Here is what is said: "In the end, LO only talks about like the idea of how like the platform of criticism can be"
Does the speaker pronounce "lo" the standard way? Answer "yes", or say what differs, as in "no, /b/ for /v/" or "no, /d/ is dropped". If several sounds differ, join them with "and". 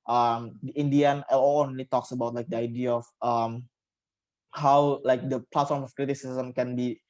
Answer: no, /n/ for /l/